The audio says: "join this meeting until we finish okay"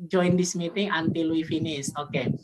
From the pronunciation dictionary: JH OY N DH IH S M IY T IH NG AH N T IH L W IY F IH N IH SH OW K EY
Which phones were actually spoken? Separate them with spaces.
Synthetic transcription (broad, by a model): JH OY N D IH S M IY T IH NG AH N T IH L W IY F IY N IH S OW K EY